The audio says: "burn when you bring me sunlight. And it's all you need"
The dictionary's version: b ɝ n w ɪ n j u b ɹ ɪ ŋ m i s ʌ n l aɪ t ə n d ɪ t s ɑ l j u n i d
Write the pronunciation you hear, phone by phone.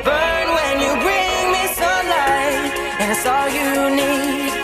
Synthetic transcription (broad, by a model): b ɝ n w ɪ n j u b ɹ ɪ ŋ m i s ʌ l aɪ ə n ɪ t s ɑ l j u n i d